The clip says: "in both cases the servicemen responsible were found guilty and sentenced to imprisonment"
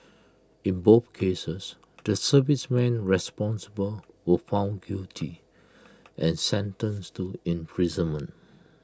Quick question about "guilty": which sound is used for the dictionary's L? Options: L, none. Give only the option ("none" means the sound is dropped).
none